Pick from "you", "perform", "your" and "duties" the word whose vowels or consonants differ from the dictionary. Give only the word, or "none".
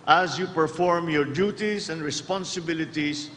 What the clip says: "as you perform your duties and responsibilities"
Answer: duties